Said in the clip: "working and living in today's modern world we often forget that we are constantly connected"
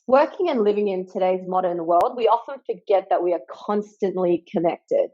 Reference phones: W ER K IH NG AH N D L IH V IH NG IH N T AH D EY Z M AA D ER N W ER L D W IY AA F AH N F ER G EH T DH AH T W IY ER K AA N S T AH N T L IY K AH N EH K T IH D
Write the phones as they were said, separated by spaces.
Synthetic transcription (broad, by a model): W ER K IH NG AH N L IH V IH NG IH N T AH D EY Z M AA D ER N W ER L D W IY AA F AH N F ER G EH T DH AH T W IY ER K AA N S T AH N T L IY K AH N EH K T IH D